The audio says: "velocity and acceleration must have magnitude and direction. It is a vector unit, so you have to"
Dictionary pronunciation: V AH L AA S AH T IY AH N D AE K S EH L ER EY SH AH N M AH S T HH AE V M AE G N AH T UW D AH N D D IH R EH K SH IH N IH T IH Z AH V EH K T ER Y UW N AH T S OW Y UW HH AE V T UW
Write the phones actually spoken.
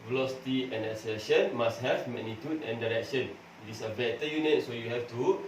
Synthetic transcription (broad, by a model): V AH L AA S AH T IY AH N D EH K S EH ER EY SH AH N M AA S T HH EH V M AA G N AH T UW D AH N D D IH R EH K SH IH N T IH S AH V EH T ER Y UW N AH T S OW Y UW HH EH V T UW